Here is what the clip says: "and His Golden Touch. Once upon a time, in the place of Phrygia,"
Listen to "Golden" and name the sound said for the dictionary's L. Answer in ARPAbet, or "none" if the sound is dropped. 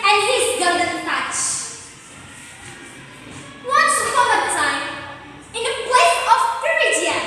none